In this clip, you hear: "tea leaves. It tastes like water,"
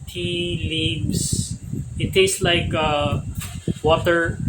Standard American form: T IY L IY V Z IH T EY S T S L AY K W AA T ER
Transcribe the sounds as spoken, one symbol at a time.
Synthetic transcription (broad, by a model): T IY L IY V S IH T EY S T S L AY K W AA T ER